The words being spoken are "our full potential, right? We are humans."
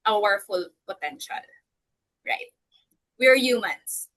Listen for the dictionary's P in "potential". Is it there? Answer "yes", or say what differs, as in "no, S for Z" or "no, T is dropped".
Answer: no, B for P